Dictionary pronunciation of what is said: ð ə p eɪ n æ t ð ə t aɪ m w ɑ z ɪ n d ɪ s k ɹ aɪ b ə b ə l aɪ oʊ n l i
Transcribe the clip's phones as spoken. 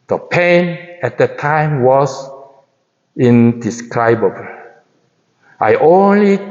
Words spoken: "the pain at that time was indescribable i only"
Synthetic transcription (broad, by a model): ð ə p eɪ n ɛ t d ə t aɪ m w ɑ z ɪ n d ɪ s k ɹ aɪ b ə b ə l aɪ oʊ n l i